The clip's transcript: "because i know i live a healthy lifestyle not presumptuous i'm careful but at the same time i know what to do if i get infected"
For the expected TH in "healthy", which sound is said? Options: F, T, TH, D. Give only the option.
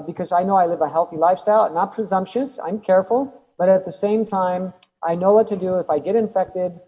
TH